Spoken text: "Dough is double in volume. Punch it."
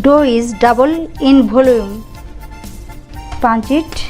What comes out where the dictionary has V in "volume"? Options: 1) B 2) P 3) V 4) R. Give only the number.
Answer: 1